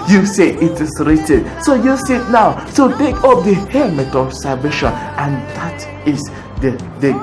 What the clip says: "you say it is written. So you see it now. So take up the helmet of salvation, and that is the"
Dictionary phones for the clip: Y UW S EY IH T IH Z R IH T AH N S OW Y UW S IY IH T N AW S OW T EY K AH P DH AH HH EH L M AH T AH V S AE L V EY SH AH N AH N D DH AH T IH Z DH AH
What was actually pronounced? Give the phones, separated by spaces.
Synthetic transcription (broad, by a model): Y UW S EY IH T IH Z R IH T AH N S OW Y UW S IY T N AW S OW T EY K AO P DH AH HH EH M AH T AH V S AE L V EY SH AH N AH N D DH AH T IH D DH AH